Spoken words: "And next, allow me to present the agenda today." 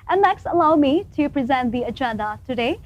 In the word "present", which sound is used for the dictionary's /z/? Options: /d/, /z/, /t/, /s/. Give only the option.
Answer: /z/